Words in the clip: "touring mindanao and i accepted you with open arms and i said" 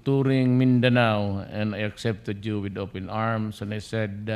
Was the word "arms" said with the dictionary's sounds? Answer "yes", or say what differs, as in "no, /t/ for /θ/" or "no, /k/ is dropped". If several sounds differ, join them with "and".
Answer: no, /s/ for /z/